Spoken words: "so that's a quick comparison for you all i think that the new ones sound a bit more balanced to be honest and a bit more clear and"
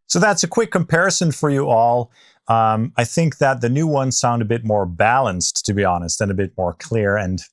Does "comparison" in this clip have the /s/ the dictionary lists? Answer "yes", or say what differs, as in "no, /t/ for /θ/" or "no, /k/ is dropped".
yes